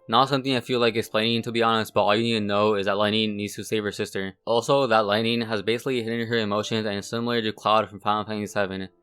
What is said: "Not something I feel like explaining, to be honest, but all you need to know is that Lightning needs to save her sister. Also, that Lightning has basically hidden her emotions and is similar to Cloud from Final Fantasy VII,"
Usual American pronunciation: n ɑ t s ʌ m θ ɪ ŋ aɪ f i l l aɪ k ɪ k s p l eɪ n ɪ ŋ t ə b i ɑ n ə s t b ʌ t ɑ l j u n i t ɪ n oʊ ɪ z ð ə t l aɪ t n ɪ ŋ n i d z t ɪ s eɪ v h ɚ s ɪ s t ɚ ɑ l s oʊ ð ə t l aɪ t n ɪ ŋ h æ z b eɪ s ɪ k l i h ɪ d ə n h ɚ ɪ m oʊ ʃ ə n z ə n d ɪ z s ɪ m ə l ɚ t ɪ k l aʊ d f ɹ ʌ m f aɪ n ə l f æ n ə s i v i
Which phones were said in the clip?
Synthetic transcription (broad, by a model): n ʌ t s ʌ m θ ɪ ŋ aɪ f i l l aɪ k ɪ k s p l eɪ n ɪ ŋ t ə b i ɑ n ə s t b ʌ t ɑ l j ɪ n i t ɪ n oʊ ɪ z ð ə t l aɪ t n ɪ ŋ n i d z t ɪ s eɪ v ɚ s ɪ s t ɚ ɑ l s oʊ ð ə t l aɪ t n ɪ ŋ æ z b eɪ s ɪ k l i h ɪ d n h ɚ ɪ m oʊ ʃ ə n z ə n s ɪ m l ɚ t ɪ k l aʊ d f ɹ ʌ m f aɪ ə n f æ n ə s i v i